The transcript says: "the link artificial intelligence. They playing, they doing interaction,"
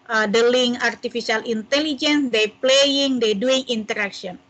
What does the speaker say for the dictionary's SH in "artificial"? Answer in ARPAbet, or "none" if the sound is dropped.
S